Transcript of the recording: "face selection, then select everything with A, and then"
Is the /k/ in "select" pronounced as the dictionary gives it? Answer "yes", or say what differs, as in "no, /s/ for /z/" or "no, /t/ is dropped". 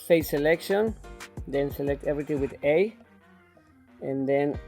yes